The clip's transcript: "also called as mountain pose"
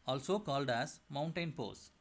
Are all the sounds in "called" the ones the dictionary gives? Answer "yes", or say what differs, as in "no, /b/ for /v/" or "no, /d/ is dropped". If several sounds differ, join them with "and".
yes